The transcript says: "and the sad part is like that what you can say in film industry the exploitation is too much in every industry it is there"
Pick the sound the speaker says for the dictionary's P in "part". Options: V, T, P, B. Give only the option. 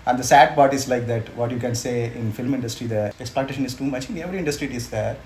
B